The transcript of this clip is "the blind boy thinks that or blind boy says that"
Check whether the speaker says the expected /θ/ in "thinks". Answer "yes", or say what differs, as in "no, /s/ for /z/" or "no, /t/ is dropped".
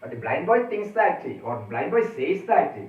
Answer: no, /t/ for /θ/